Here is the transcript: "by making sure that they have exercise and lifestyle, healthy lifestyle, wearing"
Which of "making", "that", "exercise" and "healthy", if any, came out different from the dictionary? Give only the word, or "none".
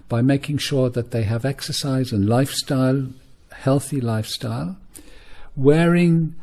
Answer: none